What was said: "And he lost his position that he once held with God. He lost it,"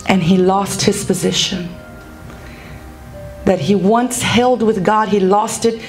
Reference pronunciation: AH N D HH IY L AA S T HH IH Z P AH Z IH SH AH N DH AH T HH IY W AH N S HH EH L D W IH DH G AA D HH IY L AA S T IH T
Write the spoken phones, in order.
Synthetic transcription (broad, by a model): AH N IY L AA S T HH IH Z P AH Z IH SH AH N DH AH T HH IY W AH N S HH EH L D W IH DH G AA D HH IY L AA S T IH T